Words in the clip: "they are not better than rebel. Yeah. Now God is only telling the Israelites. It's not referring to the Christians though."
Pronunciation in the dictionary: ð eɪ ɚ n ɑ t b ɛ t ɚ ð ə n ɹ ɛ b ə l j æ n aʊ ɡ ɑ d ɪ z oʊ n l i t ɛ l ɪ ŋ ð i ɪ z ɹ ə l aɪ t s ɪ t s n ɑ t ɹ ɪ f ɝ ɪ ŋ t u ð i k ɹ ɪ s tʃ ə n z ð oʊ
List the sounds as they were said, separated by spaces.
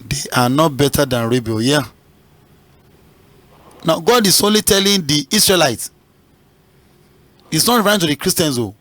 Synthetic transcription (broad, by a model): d eɪ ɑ n ɑ t b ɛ t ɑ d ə n ɹ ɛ b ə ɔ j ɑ n aʊ ɡ ɑ d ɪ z oʊ n l i t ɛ l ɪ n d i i s ɹ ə l aɪ t s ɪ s n ɑ t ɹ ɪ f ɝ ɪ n t u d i k ɹ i s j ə n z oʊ